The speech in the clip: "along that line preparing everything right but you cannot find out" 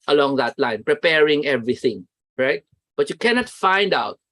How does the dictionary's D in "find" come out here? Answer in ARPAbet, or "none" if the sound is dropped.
D